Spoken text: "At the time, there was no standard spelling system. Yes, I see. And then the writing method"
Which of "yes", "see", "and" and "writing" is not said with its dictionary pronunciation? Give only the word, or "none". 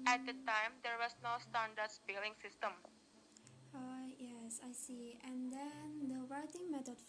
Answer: writing